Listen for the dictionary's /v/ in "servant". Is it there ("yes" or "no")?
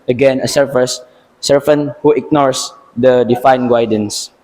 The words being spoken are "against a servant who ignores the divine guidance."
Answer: no